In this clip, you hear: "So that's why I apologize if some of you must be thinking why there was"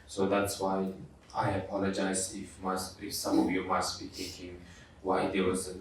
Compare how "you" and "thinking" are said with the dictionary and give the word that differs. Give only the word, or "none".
thinking